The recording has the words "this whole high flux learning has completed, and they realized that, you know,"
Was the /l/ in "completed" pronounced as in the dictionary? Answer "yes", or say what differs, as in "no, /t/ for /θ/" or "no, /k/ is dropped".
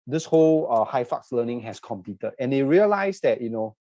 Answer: no, /l/ is dropped